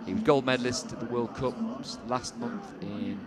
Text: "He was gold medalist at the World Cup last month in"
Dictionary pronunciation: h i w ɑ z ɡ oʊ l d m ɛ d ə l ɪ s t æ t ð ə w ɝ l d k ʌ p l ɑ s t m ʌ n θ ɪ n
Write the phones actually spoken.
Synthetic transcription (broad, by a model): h w ɑ z ɡ oʊ l d m ɛ d l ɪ s t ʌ ð ə w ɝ l d k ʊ p l ɑ s t m ʌ n θ ɪ n